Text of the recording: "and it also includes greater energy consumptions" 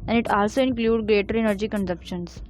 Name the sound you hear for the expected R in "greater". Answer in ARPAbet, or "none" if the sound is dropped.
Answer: R